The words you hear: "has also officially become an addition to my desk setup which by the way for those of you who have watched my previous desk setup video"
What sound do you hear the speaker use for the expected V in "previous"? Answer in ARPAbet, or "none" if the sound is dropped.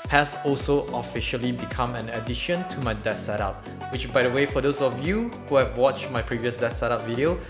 V